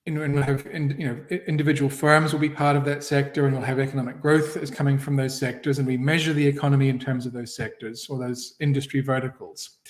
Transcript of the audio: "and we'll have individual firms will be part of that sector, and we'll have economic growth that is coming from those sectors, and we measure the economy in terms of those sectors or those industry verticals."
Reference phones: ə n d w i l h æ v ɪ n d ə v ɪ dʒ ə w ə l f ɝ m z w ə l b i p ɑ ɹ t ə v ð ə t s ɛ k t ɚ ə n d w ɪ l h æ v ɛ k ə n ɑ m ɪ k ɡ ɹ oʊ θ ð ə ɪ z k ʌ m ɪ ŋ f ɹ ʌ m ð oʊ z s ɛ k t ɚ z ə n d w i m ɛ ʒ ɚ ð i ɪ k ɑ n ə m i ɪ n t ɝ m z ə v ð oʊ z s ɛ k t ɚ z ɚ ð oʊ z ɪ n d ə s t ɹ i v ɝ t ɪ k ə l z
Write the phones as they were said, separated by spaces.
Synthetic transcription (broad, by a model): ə n w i l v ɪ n ɪ n d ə v ɪ dʒ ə w l f ɝ m z w ə l b i p ɑ ɹ t ə v ð ə t s ɛ k t ɚ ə n w ɪ l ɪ v ɛ k ə n ɑ m ɪ k ɡ ɹ oʊ θ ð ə ɪ z k ʌ m ɪ ŋ f ɹ ʌ m ð oʊ z s ɛ k t ɚ z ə n w i m ɛ ʒ ɚ ð i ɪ k ɑ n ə m i ɪ n t ɝ m z ə v ð oʊ z s ɛ k t ɚ z ɚ ð oʊ z ɪ n d ə s t ɹ i v ɝ t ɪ k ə l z